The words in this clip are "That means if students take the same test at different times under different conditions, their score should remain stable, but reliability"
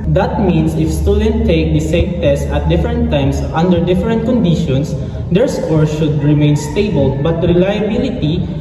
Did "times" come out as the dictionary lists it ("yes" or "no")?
no